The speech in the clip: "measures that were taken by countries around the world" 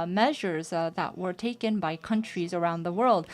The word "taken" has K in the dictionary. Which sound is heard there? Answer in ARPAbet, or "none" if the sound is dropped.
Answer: K